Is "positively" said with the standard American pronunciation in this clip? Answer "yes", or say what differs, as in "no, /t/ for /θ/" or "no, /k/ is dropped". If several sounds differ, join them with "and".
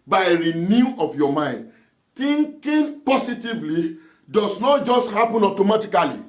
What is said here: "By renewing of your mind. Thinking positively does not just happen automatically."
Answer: no, /s/ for /z/